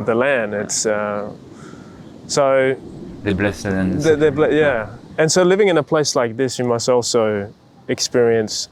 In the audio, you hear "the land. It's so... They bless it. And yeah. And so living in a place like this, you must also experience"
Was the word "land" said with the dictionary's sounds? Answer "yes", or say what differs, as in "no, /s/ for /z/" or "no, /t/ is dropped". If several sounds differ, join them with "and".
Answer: yes